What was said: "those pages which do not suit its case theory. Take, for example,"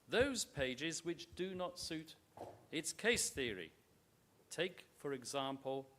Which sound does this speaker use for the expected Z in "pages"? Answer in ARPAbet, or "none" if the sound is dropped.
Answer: Z